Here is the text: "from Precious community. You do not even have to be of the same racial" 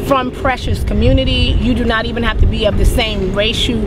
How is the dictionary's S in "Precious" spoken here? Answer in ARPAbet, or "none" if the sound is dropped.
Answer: S